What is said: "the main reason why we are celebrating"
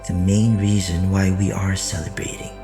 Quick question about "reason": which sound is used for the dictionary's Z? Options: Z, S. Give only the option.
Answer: Z